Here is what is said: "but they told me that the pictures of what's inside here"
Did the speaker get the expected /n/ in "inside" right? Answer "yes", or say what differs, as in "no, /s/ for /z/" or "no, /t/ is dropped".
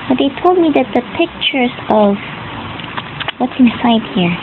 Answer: yes